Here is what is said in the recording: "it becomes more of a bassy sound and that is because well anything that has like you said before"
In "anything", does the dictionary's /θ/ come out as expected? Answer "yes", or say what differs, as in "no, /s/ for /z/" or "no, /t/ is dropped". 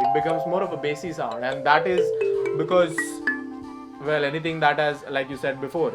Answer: no, /t/ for /θ/